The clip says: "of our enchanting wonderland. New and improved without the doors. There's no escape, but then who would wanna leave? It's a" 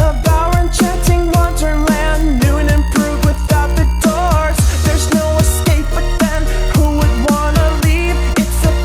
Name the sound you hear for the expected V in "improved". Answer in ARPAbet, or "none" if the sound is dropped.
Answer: none